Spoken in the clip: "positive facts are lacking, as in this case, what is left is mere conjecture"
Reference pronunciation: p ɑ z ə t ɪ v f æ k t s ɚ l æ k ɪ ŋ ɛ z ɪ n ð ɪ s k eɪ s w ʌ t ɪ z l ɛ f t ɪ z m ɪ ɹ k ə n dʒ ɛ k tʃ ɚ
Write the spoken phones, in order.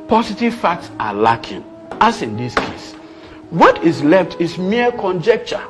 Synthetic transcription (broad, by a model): p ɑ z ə t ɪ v f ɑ k t s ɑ l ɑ k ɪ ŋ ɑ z ɪ n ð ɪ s k eɪ s w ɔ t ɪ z l ɛ f t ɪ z m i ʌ k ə n dʒ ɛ k tʃ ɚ